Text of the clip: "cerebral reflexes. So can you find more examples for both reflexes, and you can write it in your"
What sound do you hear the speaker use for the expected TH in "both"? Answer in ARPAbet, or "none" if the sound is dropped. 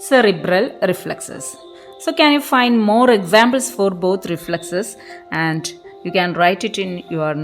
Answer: T